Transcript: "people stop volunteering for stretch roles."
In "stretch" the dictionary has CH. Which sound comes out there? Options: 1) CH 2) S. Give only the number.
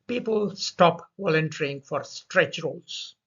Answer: 1